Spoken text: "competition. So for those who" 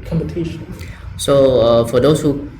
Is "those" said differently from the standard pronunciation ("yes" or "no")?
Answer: yes